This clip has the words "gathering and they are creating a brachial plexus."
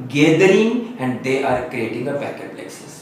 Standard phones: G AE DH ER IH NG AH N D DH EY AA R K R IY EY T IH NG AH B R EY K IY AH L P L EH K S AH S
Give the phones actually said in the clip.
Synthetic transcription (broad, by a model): G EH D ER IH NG AH N D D EY AA R K R IY EY T IH NG AH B EY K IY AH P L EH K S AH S